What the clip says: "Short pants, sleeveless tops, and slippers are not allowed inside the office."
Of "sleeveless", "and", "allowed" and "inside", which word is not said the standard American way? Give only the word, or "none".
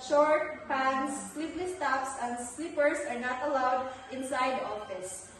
sleeveless